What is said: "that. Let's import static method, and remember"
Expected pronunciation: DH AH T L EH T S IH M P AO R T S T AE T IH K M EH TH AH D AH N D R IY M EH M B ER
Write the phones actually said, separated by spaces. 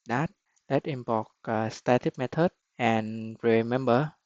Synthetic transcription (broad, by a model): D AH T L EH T IH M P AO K S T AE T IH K M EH T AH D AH N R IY M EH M B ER